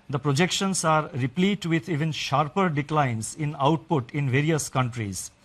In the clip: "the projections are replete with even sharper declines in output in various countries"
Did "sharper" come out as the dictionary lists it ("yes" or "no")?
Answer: yes